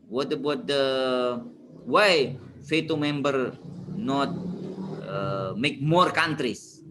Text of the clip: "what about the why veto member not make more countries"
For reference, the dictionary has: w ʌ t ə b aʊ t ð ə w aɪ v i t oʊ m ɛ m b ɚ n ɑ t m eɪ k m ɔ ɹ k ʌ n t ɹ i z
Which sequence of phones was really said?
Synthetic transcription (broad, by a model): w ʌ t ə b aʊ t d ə w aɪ f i t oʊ m ɛ m b ɚ n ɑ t m eɪ k m ɔ ɹ k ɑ n t ɹ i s